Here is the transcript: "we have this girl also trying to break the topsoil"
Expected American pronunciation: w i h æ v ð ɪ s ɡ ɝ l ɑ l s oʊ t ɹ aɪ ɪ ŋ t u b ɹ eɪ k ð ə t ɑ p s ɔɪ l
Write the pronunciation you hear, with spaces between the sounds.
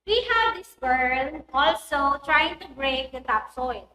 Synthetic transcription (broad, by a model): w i h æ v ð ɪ s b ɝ n ɑ l s oʊ t ɹ aɪ ɪ ŋ t u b ɹ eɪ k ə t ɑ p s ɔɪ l